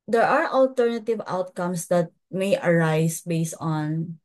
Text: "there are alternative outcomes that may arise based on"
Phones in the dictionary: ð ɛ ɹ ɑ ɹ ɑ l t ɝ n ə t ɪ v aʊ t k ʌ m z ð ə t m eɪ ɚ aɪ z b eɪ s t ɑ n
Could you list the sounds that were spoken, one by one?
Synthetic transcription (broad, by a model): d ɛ ɹ ɑ ɹ ɑ l t ɝ n ə t ɪ v aʊ t k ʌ m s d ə t m eɪ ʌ aɪ s b eɪ s t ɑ n